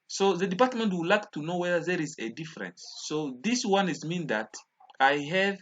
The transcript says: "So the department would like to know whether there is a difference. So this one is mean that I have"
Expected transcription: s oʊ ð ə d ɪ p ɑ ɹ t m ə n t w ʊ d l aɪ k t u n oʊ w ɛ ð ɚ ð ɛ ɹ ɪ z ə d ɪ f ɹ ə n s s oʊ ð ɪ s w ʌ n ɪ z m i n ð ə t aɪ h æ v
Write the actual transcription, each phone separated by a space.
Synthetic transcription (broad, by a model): s oʊ ð ə d ɪ p ɑ ɹ t m ə n t w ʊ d l aɪ k t u n oʊ w ɛ ð ɚ ð ɛ ɹ ɪ z ə d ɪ f ɹ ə n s s oʊ ð ɪ s w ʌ n ɪ z m i n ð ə t aɪ h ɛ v